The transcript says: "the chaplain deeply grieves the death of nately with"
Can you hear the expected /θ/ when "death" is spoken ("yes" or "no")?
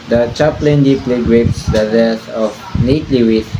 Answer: no